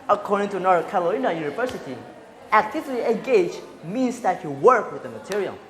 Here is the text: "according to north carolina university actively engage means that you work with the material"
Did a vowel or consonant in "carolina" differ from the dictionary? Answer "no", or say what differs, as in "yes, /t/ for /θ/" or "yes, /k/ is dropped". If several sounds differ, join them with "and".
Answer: yes, /l/ is dropped